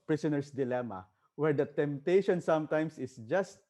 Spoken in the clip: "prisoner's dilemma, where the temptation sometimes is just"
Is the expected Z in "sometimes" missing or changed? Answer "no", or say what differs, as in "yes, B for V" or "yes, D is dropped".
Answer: yes, S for Z